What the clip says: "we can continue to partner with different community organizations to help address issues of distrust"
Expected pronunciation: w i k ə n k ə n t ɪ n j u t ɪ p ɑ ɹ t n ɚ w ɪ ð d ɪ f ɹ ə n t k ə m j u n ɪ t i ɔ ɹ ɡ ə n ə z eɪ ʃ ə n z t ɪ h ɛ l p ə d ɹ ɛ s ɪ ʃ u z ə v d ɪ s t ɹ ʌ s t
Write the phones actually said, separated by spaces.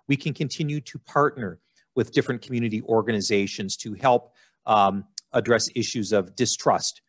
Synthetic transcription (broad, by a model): w i k ə n k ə n t ɪ n j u t ɪ p ɑ ɹ t n ɚ w ɪ ð d ɪ f ɹ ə n k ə m j u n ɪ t i ɔ ɹ ɡ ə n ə z eɪ ʃ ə n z t ɪ h ɛ l p ə d ɹ ɛ s ɪ ʃ u z ə v d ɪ s t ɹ ʌ s t